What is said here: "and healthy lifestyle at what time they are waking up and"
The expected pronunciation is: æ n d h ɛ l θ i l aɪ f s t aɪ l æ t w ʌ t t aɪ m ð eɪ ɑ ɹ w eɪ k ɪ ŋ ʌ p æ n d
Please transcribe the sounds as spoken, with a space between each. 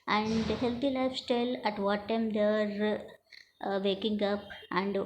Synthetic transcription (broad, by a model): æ n d h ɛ l t i l aɪ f s t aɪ l æ t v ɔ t t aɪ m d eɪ ɑ ɹ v eɪ k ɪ ŋ ʌ p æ n d